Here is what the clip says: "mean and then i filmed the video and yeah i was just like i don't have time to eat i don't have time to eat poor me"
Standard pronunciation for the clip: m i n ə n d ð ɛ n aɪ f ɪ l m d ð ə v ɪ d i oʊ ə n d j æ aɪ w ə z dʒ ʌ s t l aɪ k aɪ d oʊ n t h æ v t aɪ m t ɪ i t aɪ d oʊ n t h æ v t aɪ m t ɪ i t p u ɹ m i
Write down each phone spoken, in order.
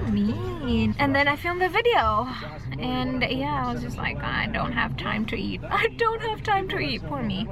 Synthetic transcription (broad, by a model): m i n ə n ð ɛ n aɪ f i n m ð ə v ɪ d i oʊ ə n j æ aɪ w ə z dʒ ʌ s t l aɪ k aɪ d oʊ n t h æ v t aɪ m t ɪ i t aɪ d oʊ n t h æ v t aɪ m t ɪ i t f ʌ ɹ m i